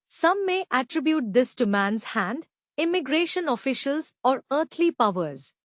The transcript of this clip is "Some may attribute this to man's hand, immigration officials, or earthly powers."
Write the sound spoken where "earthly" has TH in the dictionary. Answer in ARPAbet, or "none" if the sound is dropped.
T